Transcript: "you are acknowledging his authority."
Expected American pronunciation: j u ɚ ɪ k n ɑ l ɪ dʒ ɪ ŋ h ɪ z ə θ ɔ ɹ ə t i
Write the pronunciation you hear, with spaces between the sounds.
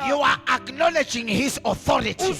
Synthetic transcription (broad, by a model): j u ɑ ɪ k n ɑ l ɪ dʒ ɪ ŋ h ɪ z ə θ ɔ ɹ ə t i